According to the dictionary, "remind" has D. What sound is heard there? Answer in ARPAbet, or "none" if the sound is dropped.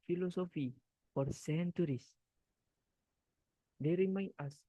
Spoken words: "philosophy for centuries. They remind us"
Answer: none